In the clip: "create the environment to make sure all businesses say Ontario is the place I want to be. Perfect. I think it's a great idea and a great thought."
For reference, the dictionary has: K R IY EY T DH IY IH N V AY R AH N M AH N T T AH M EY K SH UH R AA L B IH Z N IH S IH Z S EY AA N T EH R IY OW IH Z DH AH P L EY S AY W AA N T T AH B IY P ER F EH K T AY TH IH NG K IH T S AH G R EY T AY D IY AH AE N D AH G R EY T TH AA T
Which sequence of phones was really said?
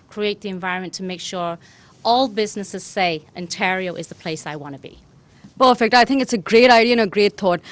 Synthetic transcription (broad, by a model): K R IY EY T DH IY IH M V AY R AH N M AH N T T AH M EY K SH UH R AA L B IH Z N IH S IH Z S EY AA N T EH R IY OW IH Z DH AH P L EY S AY W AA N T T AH B IY P ER F EH K T AY TH IH NG K IH T S AH G R EY T AY D IY AH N AH G R EY T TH AA T